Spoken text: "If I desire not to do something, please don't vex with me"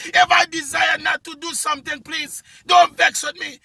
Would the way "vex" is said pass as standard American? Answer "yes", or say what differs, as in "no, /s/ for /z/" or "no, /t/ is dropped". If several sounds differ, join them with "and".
yes